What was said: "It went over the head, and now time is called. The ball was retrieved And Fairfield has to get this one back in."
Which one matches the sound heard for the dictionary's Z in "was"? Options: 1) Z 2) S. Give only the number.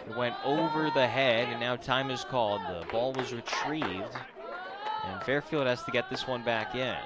1